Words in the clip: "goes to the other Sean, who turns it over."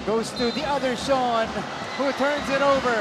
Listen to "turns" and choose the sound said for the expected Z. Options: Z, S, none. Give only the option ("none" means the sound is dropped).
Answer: Z